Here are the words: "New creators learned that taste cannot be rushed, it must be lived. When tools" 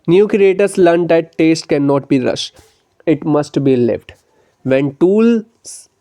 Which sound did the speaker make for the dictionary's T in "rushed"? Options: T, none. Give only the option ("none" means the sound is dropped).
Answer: none